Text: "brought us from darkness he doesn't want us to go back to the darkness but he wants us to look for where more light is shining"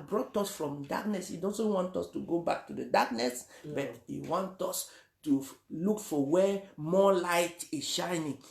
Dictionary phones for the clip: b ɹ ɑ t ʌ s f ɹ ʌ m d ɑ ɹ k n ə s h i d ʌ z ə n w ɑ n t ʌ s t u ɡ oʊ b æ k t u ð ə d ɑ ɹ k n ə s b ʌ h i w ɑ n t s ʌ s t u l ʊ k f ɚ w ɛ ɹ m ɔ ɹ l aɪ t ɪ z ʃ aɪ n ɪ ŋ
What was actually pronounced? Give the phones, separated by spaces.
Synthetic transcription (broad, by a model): b ɹ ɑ t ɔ s f ɹ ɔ m d ɑ k n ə s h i d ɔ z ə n w ɑ n t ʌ s t u ɡ oʊ b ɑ k t u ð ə d ɑ k n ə s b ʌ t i w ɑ n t ɔ s t u l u k f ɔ w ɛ m ɔ l aɪ t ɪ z ʃ aɪ n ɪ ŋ